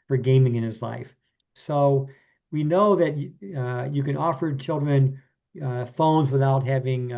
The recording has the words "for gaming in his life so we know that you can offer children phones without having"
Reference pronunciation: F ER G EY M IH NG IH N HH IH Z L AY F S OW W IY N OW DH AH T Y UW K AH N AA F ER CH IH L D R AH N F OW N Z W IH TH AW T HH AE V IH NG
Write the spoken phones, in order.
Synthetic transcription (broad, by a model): F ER G EY M IH NG IH N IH Z L AY F S OW W IY N OW DH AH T Y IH K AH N AA F ER CH IH L D R AH N F OW N Z W IH TH AW T HH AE V IH NG